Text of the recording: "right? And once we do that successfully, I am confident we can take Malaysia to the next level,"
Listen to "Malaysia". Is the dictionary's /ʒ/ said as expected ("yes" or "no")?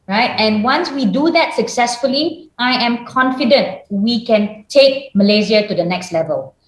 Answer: no